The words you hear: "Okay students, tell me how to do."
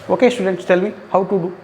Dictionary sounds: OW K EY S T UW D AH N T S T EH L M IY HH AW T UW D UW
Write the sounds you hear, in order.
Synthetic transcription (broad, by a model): OW K EY S T UW D AH N T S T EH L M IY HH AW T UW D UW